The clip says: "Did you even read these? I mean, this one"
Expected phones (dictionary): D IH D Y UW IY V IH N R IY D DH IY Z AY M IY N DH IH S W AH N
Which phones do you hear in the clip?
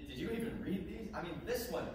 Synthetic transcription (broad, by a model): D IH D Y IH IY V IH N R IY D DH IY Z AY M IY N DH IH S W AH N